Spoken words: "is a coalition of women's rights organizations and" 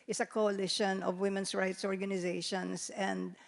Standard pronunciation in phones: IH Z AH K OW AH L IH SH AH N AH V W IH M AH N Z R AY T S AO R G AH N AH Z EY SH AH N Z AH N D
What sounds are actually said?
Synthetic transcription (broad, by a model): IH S AH K OW AH L IH SH AH N AH V W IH M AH N S R AY T S AO R G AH N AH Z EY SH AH N S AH N D